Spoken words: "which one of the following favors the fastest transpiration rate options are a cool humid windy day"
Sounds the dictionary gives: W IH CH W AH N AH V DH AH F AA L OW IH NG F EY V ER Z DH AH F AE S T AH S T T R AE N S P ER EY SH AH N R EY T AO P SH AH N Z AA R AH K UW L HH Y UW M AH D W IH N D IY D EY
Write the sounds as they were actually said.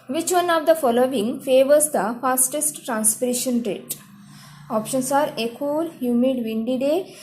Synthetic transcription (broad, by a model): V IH CH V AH N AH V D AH F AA L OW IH NG F EY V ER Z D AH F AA S T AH S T T R AE N S P ER EY SH AH N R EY T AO P SH AH N S AA R AH K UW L HH Y UW M AH D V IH N D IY D EY